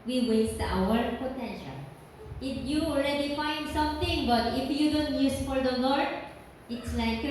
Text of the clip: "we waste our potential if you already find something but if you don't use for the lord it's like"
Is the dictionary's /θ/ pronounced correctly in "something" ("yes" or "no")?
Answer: no